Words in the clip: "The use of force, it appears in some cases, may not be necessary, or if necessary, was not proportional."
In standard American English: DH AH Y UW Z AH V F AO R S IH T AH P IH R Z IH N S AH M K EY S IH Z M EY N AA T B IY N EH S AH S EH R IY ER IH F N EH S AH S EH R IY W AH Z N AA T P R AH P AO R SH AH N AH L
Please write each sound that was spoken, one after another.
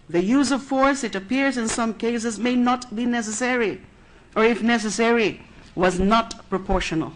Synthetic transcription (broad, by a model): DH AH Y UW Z AH V F AO R S IH T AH P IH R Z IH N S AH M K EY S IH Z M EY N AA T B IY N EH S AH S EH R IY ER IH F N EH S AH S EH R IY W AH Z N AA T P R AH P AO R SH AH N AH L